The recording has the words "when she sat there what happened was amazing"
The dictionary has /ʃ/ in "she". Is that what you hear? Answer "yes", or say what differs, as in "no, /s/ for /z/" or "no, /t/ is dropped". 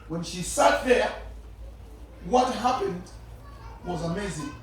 yes